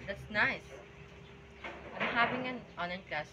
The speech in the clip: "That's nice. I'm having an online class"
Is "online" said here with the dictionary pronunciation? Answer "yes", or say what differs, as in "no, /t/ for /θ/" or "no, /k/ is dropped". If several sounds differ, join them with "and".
no, /l/ is dropped